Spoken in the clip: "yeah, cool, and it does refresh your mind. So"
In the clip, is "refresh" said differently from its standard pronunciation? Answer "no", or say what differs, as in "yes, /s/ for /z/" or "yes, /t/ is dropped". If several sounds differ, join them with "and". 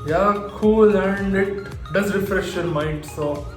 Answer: no